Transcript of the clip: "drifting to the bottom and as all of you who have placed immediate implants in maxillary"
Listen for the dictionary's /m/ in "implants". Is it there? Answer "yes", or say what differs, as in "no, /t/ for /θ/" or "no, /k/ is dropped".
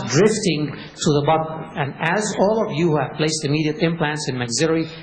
yes